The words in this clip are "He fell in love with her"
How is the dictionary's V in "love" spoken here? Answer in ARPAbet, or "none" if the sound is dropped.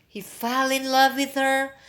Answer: V